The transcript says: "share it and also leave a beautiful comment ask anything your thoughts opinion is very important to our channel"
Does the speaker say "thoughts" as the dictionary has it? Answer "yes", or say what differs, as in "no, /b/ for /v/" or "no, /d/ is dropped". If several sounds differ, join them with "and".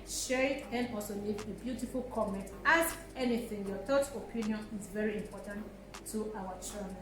no, /s/ is dropped